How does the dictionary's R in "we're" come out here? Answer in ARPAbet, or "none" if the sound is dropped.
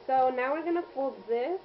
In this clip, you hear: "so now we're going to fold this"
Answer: R